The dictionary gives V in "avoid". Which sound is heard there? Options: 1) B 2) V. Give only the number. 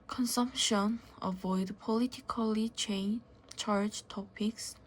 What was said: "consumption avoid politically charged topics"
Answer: 2